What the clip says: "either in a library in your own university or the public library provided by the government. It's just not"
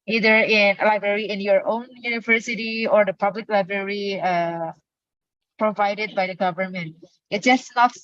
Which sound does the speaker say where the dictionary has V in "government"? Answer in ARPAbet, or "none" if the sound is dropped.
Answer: V